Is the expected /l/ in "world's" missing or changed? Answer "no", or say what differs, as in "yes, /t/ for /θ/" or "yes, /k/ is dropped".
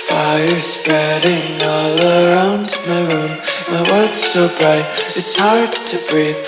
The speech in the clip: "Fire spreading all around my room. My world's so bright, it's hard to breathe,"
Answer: yes, /l/ is dropped